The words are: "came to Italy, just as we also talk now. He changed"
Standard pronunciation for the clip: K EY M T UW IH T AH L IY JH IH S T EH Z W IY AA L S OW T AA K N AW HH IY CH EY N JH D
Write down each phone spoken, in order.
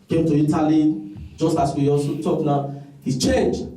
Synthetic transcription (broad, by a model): K EY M T UW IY T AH L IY JH IH S T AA S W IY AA N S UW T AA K N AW HH IY CH EY N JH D